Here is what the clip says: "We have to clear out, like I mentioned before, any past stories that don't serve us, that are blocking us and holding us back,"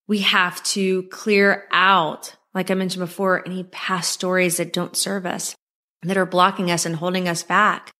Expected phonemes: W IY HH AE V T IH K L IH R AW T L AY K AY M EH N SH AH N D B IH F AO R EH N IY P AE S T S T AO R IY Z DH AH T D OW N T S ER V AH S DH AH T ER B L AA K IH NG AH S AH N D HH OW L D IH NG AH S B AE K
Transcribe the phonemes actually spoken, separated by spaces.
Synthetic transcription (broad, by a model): W IY HH AE F T IH K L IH R AW T L AY K AY M EH N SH N B IH F AO R EH N IY P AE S S T AO R IY Z DH AH T D OW N T S ER V AH S DH AH T ER B L AA K IH NG AH S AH N HH OW L D IH NG AH S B AE K